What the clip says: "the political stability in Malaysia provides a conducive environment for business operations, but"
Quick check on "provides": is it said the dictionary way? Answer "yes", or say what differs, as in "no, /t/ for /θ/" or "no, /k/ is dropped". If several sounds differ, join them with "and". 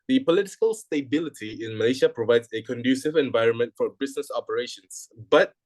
yes